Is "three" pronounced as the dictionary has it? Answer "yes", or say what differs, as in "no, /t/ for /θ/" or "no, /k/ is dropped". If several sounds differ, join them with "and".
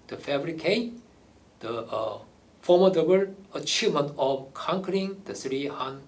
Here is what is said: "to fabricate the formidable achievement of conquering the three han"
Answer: no, /s/ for /θ/